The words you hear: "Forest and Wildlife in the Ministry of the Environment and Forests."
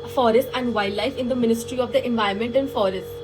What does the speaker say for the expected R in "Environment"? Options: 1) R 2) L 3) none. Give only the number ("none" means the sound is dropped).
3